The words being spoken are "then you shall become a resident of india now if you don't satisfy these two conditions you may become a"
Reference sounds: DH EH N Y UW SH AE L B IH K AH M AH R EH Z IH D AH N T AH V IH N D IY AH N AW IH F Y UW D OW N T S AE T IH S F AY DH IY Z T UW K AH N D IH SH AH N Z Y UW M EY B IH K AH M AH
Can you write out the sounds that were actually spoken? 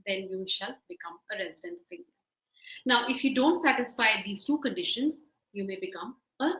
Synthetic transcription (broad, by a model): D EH N Y UW SH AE L B IH K AH M AH R EH Z IH D AH N T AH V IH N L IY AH N AW IH F Y UW D OW N T S AE T IH S F AY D IY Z T UW K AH N D IH SH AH N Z Y UW M EY B IH K AH M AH